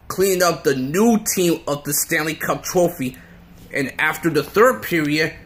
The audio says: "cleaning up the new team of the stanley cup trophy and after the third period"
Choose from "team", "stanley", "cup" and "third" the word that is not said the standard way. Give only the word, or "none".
none